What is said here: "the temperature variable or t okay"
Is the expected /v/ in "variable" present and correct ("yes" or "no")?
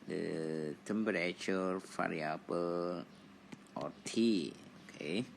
no